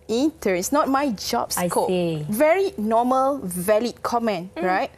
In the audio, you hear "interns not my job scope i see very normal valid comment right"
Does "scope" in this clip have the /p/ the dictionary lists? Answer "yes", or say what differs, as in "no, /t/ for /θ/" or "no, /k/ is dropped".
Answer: no, /p/ is dropped